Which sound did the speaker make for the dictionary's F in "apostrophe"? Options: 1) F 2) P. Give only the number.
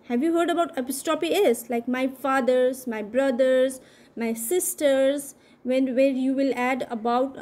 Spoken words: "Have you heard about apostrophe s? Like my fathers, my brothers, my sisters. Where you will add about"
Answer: 2